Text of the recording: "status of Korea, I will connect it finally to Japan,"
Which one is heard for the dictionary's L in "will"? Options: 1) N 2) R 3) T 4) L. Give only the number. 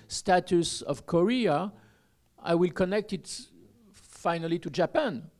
4